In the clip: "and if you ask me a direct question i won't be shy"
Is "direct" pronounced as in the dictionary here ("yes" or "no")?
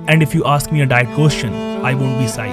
no